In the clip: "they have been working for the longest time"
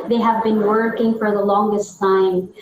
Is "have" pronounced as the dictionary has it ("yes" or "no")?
yes